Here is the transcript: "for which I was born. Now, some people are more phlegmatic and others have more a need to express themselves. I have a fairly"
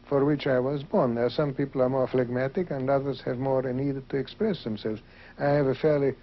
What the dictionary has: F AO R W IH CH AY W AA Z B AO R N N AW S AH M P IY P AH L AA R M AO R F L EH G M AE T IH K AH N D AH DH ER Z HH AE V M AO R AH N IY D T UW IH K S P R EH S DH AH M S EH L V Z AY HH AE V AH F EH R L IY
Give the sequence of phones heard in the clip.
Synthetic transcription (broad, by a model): F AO R W IH CH AY W AA Z B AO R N N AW S AH M P IY P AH L AA R M AO R F L EH G M AE T IH K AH N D AH DH ER Z HH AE V M AO R AH N IY D T UW IH K S P R EH S DH AH M S EH L V Z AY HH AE V AH F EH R L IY